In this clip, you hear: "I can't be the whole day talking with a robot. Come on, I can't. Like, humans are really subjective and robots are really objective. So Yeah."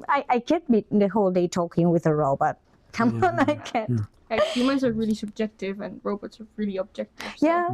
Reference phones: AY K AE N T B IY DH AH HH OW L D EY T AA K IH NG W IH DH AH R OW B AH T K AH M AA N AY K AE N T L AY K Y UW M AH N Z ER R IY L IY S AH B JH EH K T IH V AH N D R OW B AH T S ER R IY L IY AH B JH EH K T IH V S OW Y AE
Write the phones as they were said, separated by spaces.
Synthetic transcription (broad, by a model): AY K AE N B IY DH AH HH OW L D EY T AA K IH NG W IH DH AH R OW B AH T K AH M AA N AY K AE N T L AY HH Y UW M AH N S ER R IY L IY S AH B JH EH K T IH V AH N R OW B AH T S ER R IY L IY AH B JH EH K T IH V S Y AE